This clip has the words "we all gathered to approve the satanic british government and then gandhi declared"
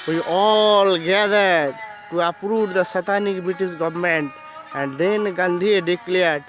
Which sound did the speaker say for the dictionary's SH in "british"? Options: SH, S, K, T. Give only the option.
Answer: S